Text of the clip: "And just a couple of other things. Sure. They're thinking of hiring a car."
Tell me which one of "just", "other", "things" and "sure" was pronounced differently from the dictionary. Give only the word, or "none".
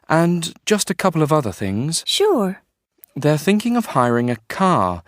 none